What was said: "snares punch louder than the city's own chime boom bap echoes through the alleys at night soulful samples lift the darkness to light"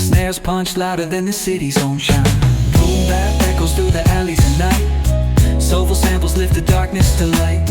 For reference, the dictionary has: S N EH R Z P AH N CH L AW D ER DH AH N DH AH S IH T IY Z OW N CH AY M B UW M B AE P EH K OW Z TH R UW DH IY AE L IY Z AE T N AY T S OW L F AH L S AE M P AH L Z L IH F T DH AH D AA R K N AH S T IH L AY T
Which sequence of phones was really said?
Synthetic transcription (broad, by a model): S N EH R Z P AH N CH L AW D ER DH AH N DH AH S IH T IY Z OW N SH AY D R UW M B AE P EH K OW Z TH R UW DH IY AE L IY Z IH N N AY T S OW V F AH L S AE M P L Z L IH F T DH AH D AA R K N AH S T IH L AY T